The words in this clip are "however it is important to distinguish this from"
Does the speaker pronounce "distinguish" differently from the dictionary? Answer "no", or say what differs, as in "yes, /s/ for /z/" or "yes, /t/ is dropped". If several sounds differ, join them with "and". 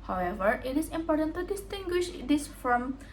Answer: no